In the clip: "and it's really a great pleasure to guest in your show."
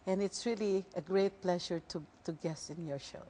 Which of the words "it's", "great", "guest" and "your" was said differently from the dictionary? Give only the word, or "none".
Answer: guest